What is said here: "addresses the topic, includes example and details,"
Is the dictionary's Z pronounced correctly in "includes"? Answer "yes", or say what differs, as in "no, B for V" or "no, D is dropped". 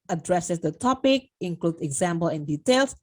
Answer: no, Z is dropped